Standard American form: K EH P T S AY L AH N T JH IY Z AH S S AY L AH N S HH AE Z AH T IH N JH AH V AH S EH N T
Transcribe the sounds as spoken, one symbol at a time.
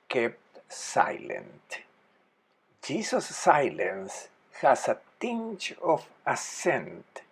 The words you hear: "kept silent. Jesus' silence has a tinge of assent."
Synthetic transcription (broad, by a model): K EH P T S AY L AH N T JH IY S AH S S AY L AH N S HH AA S AH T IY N CH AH F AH S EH N T